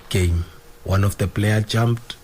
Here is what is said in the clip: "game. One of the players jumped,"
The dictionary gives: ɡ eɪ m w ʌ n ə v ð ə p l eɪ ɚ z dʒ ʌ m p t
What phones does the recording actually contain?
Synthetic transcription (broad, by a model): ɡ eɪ m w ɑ n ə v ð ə p l eɪ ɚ dʒ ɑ m p t